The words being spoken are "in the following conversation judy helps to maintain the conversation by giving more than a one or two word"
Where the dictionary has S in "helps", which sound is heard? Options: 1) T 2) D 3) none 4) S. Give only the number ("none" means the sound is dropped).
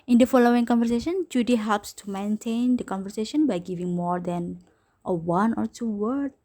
4